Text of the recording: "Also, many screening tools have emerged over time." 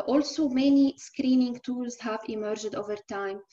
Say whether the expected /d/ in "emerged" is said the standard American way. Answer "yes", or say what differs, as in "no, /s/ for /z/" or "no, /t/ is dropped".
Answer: yes